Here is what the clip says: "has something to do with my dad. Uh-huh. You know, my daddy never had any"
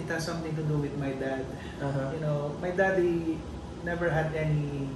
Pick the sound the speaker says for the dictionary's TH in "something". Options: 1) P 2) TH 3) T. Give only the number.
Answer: 3